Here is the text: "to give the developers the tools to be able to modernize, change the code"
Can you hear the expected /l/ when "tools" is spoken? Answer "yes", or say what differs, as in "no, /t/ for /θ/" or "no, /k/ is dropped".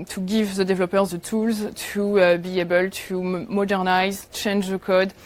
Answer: yes